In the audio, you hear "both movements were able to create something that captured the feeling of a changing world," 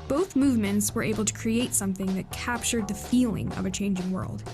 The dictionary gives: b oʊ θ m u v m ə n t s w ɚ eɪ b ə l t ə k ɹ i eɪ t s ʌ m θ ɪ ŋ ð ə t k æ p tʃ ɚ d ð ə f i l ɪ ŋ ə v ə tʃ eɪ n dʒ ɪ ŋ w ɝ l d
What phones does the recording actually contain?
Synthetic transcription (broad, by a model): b oʊ θ m u v m ə n t s w ɚ eɪ b l t ə k ɹ i eɪ t s ʌ m θ ɪ ŋ ð ə t k æ p tʃ ɚ d ð ə f i l ɪ ŋ ə v ə tʃ eɪ n dʒ ɪ ŋ w ɝ l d